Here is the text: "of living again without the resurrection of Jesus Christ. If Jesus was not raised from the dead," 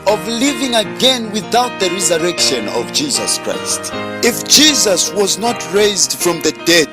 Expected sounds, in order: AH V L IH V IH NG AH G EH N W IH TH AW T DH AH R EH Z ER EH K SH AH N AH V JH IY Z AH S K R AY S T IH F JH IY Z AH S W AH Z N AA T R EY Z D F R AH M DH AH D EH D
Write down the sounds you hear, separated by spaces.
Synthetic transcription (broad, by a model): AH V L IH V IH NG AH G EH N W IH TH AW T DH AH R EH Z ER EH K SH AH N AH V JH IY Z AH S K R AY S T IH F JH IY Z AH S W AH Z N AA T R EY Z D F R AH M DH AH D EH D